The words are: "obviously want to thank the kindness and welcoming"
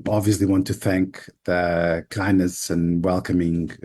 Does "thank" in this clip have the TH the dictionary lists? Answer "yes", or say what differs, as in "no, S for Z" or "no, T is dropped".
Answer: yes